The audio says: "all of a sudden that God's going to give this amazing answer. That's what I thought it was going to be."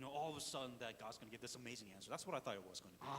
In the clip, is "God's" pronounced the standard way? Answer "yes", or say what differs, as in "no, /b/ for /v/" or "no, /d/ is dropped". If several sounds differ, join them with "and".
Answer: yes